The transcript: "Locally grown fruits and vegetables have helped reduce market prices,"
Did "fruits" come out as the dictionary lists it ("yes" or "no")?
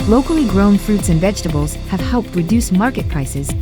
yes